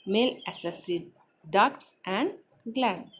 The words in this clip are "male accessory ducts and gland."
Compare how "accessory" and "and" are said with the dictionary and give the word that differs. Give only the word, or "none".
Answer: accessory